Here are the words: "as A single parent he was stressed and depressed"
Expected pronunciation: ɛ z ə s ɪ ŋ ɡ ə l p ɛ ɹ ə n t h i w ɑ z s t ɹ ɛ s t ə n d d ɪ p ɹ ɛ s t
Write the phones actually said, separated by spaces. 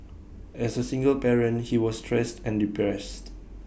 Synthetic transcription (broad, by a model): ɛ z ə s ɪ ŋ ɡ ə l b ɛ ɹ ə n h i w ɑ s t ɹ ɛ s t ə n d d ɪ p ɹ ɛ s t